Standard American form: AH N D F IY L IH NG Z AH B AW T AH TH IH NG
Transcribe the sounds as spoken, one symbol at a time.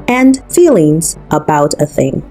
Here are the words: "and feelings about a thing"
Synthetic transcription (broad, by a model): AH N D F IY L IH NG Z AH B AW T AH TH IH NG